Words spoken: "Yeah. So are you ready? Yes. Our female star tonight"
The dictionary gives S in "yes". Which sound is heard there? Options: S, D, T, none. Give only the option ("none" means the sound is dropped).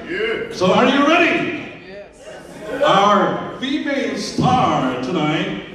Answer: none